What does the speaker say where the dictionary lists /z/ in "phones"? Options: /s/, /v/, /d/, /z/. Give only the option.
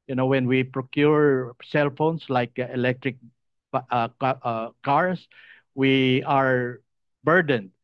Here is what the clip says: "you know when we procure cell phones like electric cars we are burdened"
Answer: /s/